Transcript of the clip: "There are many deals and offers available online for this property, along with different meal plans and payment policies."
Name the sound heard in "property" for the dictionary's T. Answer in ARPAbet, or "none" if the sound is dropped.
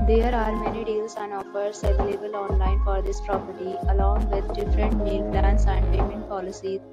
T